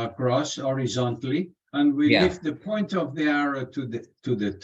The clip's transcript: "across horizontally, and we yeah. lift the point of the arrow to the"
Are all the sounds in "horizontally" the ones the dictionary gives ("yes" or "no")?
yes